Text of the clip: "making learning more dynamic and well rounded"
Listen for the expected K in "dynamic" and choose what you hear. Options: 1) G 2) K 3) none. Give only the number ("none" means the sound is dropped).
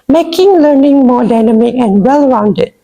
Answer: 3